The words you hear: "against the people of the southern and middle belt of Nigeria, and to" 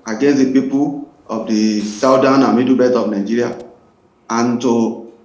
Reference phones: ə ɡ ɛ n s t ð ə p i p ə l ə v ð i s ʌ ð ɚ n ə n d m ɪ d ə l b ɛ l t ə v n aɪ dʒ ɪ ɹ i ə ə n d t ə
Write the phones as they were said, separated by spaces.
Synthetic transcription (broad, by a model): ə ɡ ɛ n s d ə p i p ə l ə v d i s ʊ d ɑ n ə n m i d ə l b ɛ t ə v n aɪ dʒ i ɹ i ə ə n t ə